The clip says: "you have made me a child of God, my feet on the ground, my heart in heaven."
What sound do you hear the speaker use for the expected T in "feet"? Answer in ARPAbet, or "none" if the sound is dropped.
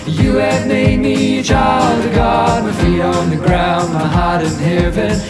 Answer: none